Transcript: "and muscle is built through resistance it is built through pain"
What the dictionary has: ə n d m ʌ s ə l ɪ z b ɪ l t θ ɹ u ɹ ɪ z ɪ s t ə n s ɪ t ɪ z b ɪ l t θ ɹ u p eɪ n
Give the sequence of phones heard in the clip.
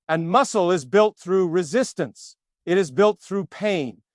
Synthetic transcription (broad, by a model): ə n m ʌ s l ɪ z b ɪ l t θ ɹ u ɹ ɪ z ɪ s t ə n s ɪ t ɪ z b ɪ l t θ ɹ u p eɪ n